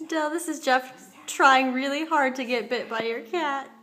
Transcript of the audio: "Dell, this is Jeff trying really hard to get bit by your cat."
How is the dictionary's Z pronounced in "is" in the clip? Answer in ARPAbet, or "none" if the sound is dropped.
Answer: Z